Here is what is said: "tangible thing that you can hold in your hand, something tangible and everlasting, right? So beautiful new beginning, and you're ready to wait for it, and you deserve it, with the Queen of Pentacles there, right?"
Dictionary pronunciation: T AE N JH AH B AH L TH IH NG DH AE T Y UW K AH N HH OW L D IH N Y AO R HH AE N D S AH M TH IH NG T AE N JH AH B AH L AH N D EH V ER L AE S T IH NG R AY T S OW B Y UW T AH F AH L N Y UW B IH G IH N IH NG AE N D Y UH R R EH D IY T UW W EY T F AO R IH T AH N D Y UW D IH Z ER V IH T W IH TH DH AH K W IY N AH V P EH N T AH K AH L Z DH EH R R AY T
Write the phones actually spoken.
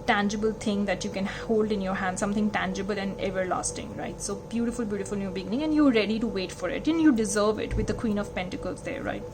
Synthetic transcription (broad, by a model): T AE N JH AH B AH L T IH NG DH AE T Y UW K AH N HH OW L D IH N Y AO R HH AE N D S AH M T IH NG T AE N JH AH B AH L AH N D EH V ER L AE S T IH NG R AY T S OW B Y UW T AH F AH L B Y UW B IH G IH N IH NG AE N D Y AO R R EH D IY T UW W EY T F AO R IH T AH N Y UW D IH Z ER V IH T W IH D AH K W IY N AH V P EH N T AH K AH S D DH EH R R AY T